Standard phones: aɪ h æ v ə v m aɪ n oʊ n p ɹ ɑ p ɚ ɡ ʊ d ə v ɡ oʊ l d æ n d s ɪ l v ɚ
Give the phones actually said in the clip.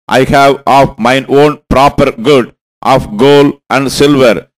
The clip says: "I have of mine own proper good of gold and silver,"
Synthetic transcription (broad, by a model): aɪ h æ v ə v m aɪ n oʊ n p ɹ ɑ p ɚ ɡ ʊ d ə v ɡ oʊ l æ n d s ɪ l v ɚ